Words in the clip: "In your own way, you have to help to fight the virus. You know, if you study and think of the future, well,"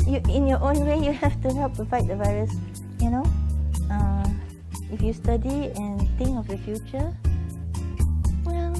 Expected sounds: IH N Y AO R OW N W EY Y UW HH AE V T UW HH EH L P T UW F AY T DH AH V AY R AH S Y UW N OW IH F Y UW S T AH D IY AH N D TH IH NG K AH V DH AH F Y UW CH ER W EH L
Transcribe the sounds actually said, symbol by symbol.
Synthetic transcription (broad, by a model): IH N Y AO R OW N W EY Y UW HH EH F T UW HH EH L P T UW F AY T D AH V AY R AH S Y UW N OW IH F Y UW S T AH D IY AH N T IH NG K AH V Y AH F Y UW CH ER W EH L